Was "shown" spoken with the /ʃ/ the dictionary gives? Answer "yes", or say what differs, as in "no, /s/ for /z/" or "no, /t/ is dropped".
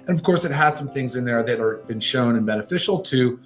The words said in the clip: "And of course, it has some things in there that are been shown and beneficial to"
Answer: yes